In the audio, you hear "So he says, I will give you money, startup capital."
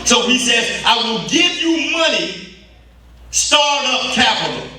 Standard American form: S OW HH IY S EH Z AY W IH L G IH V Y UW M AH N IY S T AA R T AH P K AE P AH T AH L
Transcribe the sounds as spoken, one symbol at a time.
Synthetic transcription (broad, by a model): S OW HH IY S EH Z AY W IH L G IH V Y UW M AH N IY S T AA R T AH P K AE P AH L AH